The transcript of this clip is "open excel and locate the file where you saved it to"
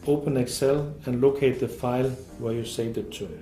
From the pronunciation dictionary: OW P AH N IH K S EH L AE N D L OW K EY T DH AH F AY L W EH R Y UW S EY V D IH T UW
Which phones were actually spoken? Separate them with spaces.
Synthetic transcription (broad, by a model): OW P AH N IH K S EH L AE N L OW K EY T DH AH F AY L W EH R Y UW S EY D IH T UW